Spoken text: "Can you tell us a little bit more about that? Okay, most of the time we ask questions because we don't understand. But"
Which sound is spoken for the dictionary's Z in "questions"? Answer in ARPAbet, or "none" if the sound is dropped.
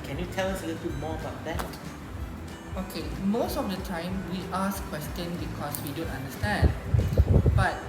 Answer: none